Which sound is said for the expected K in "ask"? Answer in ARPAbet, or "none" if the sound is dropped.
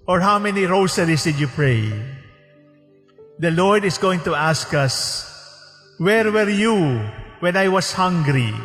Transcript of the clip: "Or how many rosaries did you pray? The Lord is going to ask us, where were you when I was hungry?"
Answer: K